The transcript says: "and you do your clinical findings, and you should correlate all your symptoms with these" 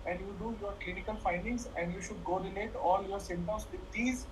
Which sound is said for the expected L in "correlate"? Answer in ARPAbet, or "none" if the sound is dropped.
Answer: N